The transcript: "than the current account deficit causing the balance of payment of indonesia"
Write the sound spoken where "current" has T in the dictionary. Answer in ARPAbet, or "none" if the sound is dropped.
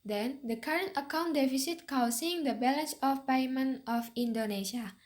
T